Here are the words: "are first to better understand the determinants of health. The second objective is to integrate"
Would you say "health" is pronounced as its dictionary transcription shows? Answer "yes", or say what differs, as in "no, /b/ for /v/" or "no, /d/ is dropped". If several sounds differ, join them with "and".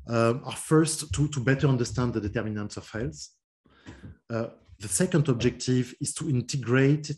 no, /s/ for /θ/